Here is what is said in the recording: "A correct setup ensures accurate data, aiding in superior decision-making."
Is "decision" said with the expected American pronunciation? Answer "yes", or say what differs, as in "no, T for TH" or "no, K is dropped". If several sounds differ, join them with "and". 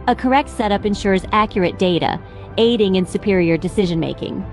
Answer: yes